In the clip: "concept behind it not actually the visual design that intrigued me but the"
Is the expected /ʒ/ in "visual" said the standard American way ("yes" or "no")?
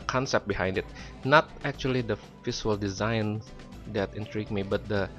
no